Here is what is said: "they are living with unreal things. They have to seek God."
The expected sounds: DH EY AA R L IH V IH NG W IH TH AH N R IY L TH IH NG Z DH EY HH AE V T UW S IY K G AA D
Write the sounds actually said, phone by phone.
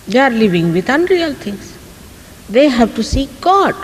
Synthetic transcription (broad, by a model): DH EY AA R L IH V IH NG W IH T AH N R IY L T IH NG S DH EY HH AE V T UW S IY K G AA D